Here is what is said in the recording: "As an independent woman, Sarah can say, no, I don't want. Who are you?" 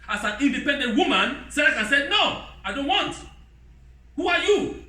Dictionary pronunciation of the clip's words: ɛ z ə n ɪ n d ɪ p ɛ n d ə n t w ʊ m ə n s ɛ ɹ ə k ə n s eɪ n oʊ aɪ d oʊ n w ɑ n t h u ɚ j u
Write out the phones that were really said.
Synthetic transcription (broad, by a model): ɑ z ə n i n d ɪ p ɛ n d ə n t w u m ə n s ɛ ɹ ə k ə n s eɪ n oʊ aɪ d oʊ n w ɑ n t h u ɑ j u